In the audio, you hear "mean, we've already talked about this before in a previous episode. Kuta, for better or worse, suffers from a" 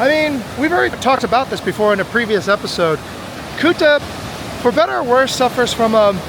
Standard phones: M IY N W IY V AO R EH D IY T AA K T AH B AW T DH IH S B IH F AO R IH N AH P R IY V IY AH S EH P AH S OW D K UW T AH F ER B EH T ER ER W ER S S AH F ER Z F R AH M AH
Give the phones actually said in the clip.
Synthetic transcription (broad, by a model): M IY N W IY V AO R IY T AA K T AH B AW T DH IH S B IH F AO R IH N AH P R IY V IY AH S EH P AH S OW D K UW T AH F ER B EH T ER ER W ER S S AH F ER Z F R AH M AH